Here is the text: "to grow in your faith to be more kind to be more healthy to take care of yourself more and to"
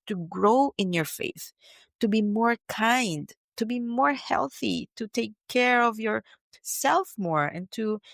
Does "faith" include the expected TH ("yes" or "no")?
yes